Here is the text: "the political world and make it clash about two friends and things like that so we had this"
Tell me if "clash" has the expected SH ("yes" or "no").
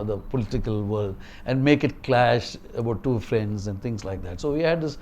yes